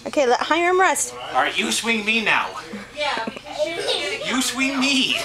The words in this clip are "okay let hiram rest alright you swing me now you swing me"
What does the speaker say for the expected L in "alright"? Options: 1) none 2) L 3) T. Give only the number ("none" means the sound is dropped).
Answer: 1